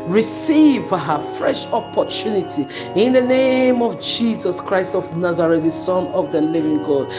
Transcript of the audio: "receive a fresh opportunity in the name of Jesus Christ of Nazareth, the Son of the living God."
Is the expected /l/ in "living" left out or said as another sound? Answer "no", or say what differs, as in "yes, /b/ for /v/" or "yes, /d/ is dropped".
no